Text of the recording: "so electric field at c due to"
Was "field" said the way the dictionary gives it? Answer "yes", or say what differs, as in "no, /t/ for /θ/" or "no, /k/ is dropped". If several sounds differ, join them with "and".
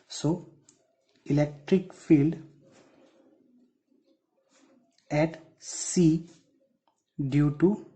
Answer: yes